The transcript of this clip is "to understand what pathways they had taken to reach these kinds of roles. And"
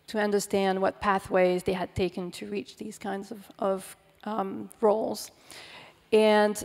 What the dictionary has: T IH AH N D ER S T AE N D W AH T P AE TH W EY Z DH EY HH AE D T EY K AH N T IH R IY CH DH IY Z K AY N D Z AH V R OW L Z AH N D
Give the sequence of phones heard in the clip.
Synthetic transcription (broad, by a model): T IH AH N D ER S T AE N D W AH T P AE TH W EY Z DH EY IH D T EY K AH N T IH R IY CH DH IY Z K AY N D Z AH V R OW L Z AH N